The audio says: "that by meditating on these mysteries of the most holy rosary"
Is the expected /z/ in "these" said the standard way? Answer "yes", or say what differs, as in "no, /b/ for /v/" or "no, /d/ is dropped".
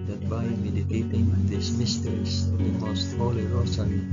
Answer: no, /s/ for /z/